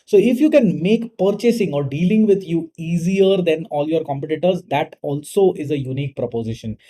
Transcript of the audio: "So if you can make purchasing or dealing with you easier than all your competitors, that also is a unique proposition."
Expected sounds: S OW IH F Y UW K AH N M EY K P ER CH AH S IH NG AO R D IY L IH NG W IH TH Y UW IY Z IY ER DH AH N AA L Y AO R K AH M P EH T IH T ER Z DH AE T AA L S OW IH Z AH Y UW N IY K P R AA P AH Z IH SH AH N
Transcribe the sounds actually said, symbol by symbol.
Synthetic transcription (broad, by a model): S OW IH F Y UW K AH N M EY K P ER CH AH S IH NG AO R D IY L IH NG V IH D Y UW IY Z IY ER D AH N AA L Y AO R K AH M P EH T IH T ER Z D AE T AA L S OW IH Z AH Y UW N IY K P R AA P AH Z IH SH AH N